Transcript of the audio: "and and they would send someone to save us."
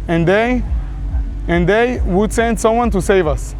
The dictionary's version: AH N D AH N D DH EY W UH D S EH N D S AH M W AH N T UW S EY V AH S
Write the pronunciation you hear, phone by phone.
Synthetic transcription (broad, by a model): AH N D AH N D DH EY W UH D S EH N D S AH M W AH N T UW S EY V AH S